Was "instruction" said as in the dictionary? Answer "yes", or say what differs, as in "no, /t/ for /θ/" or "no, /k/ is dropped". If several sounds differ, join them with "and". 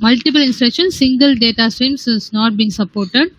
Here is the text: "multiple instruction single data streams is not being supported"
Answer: yes